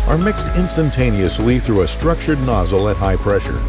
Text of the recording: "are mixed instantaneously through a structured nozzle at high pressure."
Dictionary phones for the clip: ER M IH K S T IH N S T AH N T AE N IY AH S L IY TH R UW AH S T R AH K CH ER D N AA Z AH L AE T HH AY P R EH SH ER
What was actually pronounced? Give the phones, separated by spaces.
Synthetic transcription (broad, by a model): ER M IH K S T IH N S T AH N T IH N IY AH S L IY TH R UW AH S T R AH K CH ER D N AA Z L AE T HH AY P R EH SH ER